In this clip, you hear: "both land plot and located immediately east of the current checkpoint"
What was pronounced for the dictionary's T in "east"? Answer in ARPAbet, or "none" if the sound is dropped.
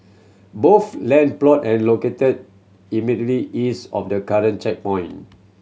none